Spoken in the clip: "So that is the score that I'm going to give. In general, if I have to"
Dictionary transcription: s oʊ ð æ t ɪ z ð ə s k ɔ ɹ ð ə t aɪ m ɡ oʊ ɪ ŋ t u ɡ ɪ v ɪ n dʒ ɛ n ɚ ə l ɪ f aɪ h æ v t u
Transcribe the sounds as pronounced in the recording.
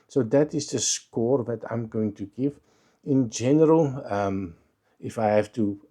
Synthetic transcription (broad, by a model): s oʊ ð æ t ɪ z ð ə s k ɔ ɹ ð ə t aɪ m ɡ oʊ ɪ ŋ t u ɡ ɪ v ɪ n dʒ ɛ n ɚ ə l ɪ f aɪ h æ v t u